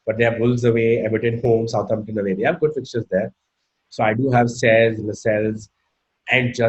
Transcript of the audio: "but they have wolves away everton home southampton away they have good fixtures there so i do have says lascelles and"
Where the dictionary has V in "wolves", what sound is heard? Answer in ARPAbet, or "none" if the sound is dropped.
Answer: none